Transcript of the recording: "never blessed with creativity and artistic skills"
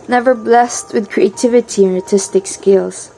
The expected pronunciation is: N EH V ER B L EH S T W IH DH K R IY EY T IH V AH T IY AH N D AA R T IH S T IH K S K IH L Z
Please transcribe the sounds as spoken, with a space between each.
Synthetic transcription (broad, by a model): N EH V ER B L EH S T W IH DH K R IY EY T IH V AH T IY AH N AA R T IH S T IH K S K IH L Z